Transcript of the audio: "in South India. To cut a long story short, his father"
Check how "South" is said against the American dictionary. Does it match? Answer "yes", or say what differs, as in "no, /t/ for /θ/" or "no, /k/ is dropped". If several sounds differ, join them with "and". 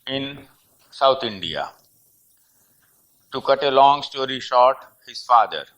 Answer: no, /t/ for /θ/